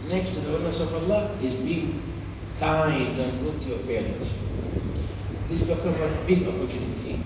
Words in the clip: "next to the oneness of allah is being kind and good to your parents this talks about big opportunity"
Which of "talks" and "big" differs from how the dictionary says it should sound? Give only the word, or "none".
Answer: talks